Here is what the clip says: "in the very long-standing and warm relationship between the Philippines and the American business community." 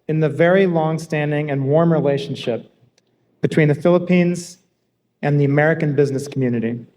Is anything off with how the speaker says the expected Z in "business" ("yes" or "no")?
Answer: no